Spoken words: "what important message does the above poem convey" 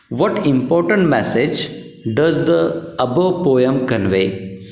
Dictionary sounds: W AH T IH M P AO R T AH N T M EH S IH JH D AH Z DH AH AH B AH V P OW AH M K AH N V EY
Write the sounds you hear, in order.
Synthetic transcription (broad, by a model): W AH T IH M P AO R T AH N T M EH S IH JH D AH Z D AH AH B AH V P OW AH M K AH N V EY